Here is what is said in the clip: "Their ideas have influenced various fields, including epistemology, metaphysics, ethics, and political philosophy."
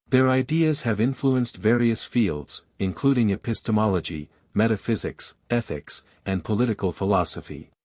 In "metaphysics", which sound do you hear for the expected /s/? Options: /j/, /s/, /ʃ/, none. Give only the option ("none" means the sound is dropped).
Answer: /s/